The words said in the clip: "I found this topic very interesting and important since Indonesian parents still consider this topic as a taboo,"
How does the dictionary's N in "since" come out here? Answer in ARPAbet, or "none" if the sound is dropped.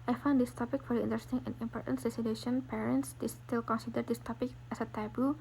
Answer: none